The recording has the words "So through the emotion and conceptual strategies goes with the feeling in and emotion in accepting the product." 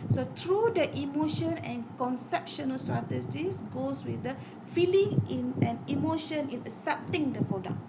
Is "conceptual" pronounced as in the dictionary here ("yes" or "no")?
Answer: no